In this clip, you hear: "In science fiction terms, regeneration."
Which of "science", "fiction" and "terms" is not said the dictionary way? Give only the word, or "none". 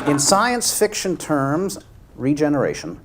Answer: none